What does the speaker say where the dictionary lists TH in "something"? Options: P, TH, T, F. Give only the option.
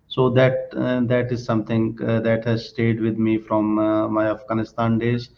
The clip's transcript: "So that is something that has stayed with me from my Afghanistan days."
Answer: T